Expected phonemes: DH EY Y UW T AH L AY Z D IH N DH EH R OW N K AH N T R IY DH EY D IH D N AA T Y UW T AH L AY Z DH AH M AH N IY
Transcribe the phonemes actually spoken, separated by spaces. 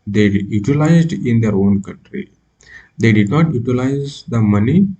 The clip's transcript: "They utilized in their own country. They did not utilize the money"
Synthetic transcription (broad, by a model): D EY Y UW T AH L AY Z D IH N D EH R OW N K AH N T R IY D EY D IH D N AA T Y UW T AH L AY Z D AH M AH N IY